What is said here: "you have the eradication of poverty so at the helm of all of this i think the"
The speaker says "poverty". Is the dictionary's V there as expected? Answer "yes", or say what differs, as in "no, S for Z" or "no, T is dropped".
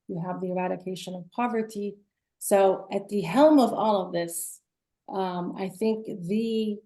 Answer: yes